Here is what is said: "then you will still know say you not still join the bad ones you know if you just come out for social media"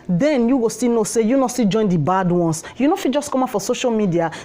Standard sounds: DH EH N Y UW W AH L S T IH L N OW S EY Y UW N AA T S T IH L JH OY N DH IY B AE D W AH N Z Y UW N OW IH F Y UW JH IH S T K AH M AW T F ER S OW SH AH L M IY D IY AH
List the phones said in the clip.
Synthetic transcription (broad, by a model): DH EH N Y UW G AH S T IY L N OW S EY Y UW N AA S T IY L JH OY N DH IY B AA D W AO N S Y UW N OW F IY JH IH S K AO M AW F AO S OW SH AH L M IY D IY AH